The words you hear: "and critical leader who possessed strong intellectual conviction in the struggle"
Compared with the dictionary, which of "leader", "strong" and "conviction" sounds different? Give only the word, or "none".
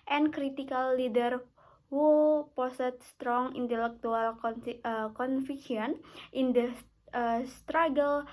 conviction